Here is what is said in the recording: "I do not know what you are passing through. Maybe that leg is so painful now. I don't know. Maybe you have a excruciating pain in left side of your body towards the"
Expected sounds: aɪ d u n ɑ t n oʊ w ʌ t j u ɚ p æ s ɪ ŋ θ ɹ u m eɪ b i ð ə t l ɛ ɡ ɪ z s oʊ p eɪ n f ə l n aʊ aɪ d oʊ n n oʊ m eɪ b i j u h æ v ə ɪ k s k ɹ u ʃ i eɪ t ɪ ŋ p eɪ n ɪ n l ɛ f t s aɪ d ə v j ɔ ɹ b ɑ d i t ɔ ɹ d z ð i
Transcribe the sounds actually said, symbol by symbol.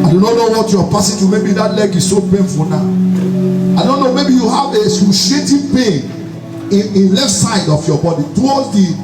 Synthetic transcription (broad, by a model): aɪ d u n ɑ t n oʊ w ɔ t j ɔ p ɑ s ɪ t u m eɪ b i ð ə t l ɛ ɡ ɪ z s oʊ p eɪ n f ə l n aʊ aɪ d oʊ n n oʊ m eɪ b i j u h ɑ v ə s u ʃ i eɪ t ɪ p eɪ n ɪ n l ɛ f t s aɪ d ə f j ɔ b ɑ d i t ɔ l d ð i